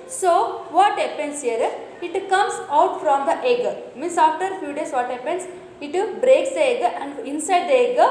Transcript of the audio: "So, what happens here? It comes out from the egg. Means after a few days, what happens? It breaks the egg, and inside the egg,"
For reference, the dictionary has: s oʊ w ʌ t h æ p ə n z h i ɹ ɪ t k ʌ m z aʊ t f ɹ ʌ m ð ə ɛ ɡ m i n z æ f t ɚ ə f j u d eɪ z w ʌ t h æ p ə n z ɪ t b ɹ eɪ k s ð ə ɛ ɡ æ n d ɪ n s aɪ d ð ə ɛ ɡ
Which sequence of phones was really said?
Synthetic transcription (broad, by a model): s oʊ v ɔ t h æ p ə n s h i ɹ ɪ t k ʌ m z aʊ t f ɹ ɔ m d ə ɛ ɡ m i n s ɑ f t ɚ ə f j u d eɪ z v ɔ t h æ p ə n s ɪ t b ɹ eɪ k s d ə ɛ ɡ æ n d ɪ n s aɪ d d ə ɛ ɡ